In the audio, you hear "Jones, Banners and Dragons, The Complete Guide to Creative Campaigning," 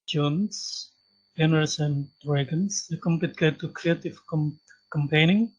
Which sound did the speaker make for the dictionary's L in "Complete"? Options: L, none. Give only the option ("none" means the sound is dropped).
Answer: none